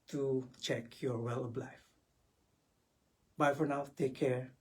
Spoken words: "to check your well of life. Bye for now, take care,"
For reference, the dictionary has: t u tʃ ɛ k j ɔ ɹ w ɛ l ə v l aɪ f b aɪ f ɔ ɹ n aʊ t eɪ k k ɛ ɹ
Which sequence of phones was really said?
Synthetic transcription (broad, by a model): t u tʃ ɛ k j ɔ ɹ w ɛ l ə b l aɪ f b aɪ f ɔ ɹ n aʊ t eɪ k k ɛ ɹ